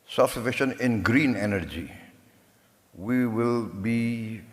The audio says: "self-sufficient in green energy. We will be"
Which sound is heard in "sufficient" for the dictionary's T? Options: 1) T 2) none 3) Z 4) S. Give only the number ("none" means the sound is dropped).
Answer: 2